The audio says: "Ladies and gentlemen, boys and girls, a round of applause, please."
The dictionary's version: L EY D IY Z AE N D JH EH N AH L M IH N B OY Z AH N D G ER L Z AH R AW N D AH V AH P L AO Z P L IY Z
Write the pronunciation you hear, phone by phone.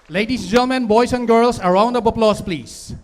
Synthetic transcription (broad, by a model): L EY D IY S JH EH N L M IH N B OY S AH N G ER L S AH R AW N D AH B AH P L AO S P L IY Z